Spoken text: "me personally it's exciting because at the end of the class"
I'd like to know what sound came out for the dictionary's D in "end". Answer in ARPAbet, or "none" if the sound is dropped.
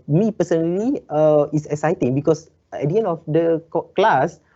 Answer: none